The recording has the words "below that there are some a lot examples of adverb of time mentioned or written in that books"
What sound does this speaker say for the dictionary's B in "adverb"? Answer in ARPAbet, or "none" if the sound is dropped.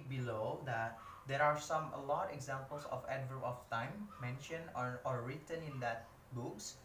none